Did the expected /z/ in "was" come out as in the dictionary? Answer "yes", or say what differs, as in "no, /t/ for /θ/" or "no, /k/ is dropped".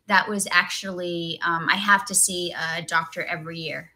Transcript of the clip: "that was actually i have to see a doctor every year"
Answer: yes